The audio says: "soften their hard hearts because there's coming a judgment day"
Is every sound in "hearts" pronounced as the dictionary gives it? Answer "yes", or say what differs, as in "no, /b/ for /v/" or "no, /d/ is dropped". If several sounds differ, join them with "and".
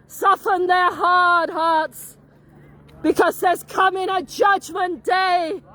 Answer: yes